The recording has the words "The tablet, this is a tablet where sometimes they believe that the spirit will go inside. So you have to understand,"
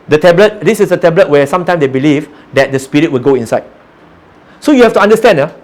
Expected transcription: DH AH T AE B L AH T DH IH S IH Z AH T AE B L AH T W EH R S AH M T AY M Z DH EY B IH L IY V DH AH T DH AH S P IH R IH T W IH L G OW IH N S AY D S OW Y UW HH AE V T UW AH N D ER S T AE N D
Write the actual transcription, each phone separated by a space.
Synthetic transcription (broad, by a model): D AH T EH B L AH T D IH S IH S AH T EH B L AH T W EH S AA M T AY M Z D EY B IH L IY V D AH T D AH S P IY R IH T W IH L G OW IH N S AY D S OW Y UW HH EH F T UW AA N D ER S T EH N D